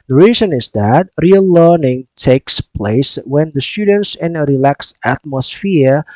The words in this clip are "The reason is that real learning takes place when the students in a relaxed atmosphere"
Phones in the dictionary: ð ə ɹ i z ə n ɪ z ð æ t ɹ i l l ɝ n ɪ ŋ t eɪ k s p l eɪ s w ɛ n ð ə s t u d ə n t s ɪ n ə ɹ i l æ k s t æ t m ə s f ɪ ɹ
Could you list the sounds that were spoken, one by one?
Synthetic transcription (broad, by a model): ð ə ɹ i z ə n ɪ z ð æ t ɹ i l l ɝ n ɪ ŋ t eɪ k s p l eɪ s w ɛ n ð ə s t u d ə n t s ɪ n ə ɹ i l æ k s æ t m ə s f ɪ ɹ